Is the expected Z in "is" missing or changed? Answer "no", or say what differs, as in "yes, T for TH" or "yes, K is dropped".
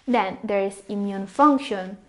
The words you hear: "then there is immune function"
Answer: yes, S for Z